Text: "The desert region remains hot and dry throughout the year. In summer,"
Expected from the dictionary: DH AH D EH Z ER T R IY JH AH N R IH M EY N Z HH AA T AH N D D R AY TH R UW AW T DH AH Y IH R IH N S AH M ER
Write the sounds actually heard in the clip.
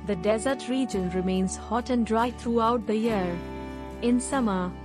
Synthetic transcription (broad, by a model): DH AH D EH Z ER T R IY JH AH N R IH M EY N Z HH AA T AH N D D R AY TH R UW AW T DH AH Y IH R IH N S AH M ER